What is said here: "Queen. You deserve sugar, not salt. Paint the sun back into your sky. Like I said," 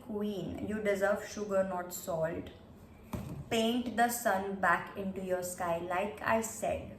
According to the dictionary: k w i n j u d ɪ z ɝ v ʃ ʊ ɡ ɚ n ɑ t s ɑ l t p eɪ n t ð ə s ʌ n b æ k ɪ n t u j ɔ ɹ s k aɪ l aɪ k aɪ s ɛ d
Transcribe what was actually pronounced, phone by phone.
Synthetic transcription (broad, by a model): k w i n j u d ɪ z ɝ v ʃ ʊ ɡ ɚ n ɑ t s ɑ l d p eɪ n t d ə s ʌ n b æ k ɪ n t u j ɔ ɹ s k aɪ l aɪ k aɪ s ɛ d